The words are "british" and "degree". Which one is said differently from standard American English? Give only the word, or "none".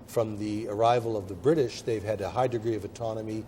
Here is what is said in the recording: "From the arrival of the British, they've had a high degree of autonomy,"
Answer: none